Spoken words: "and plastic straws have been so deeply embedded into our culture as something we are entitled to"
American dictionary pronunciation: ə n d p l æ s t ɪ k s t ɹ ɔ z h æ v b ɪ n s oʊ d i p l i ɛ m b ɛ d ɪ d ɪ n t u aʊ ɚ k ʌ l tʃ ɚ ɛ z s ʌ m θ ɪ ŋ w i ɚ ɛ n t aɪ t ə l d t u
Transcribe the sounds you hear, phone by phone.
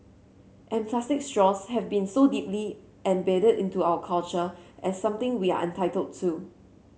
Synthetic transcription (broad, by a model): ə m p l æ s t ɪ k s t ɹ ɔ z h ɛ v b ɪ n s oʊ d i p l i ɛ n b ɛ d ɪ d ɪ n t u aʊ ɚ k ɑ l tʃ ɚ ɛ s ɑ m t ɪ ŋ w i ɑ ɛ n t aɪ t ə l d t u